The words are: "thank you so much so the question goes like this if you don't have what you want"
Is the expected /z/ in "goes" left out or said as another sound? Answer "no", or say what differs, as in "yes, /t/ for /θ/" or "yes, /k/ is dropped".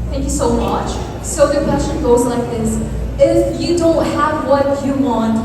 no